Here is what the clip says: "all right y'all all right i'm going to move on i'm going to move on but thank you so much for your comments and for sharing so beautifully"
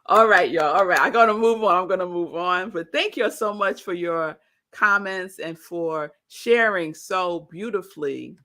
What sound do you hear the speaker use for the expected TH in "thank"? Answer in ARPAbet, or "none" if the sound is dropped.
TH